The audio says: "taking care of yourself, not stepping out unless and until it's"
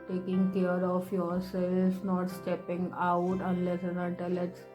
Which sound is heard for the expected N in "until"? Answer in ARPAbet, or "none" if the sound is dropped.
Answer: none